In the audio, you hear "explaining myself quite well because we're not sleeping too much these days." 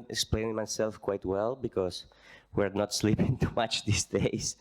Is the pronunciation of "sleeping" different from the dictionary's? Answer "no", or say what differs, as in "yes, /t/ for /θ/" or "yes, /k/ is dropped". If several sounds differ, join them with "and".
no